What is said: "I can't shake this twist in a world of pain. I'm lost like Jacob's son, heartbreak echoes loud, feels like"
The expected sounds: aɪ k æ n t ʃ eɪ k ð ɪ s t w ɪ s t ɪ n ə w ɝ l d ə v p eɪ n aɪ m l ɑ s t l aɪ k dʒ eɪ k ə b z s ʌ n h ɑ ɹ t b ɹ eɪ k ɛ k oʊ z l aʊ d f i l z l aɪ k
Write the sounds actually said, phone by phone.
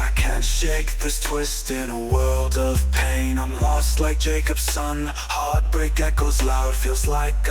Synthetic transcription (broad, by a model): aɪ k æ n t ʃ eɪ k ð ɪ s t w ɪ s t ɪ n ə w ɝ l d ə v p eɪ n aɪ m l ɑ s t l aɪ k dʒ eɪ k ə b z s ʌ n h ɑ ɹ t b ɹ eɪ k ɛ k oʊ z l aʊ d f i l z l aɪ k